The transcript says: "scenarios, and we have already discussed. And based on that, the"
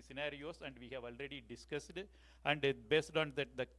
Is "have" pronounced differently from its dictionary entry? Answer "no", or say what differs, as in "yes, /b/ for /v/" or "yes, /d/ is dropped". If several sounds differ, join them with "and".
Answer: no